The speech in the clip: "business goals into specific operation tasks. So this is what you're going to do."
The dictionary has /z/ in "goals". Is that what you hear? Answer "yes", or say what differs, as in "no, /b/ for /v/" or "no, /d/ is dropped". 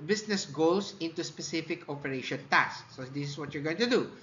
no, /s/ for /z/